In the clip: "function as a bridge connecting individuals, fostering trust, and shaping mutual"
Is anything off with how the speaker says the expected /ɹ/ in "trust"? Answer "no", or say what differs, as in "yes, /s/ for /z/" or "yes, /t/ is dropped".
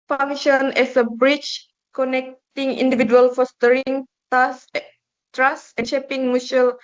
yes, /ɹ/ is dropped